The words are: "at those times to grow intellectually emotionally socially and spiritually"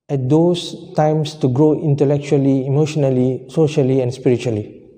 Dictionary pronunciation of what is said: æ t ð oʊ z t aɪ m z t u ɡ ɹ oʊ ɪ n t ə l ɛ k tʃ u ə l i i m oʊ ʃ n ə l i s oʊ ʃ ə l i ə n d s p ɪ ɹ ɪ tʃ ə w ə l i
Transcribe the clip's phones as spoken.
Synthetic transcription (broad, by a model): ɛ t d oʊ s t aɪ m s t u ɡ ɹ oʊ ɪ n t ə l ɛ k tʃ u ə l i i m oʊ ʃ n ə l i s oʊ ʃ ə l i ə n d s p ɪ ɹ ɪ tʃ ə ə l i